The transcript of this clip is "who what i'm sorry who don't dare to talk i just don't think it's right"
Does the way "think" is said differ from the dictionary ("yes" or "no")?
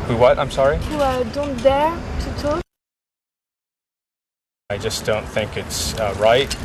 no